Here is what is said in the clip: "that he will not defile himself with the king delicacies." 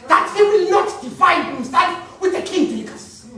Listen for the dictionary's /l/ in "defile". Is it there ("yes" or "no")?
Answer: no